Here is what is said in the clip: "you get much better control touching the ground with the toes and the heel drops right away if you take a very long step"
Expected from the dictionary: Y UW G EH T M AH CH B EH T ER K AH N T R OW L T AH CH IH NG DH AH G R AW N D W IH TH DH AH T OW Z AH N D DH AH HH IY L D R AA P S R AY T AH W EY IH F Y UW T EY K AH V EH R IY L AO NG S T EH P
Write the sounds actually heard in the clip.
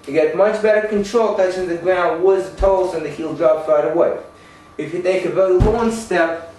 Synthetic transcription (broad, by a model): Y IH G EH T M AH CH B EH T ER K AH N T R OW L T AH S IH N DH AH G R AW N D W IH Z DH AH T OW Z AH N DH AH HH IY L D R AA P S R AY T AH W EY IH F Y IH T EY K AH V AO IY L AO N S T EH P